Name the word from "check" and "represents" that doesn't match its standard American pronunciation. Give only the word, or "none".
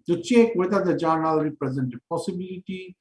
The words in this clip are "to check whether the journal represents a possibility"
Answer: represents